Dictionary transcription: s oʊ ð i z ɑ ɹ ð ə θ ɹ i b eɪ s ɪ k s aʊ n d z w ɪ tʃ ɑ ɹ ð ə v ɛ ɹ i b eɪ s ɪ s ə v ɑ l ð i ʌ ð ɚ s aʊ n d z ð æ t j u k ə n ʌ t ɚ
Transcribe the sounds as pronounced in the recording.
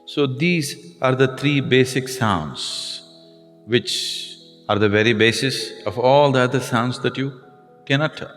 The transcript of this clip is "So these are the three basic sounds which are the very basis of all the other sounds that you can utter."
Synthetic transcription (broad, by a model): s oʊ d i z ɑ ɹ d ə t ɹ i b eɪ s ɪ k s aʊ n d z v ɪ tʃ ɑ ɹ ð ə v ɛ ɹ i b eɪ s ɪ s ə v ɑ l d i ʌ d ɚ s aʊ n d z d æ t j u k ə n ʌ t